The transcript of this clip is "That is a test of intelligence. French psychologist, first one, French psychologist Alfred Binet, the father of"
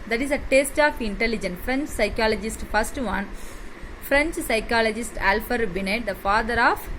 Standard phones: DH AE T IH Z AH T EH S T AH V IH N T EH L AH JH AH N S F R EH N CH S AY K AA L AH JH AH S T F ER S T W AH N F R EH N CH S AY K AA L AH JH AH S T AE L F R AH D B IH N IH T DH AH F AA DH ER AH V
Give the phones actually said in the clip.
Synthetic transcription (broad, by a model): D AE T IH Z AH T EH S T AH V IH N T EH L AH JH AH N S F R EH N CH S AY K AA L AH JH AH S T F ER S T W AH N F R EH N CH S AY K AA L AH JH AH S T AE L F AH D B IH N IH T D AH F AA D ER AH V